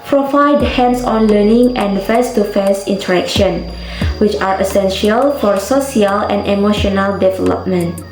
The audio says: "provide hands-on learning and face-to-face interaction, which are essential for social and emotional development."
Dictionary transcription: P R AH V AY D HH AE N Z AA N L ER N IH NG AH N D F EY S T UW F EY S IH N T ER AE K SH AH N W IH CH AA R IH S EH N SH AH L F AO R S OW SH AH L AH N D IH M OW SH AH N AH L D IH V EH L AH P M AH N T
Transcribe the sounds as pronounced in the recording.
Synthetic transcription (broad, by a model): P R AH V AY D HH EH N S AA N L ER N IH NG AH N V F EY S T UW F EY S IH N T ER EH K SH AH N W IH CH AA R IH S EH N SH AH L F AO R S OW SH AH L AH N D IH M OW SH AH N AH L D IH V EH L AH P M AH N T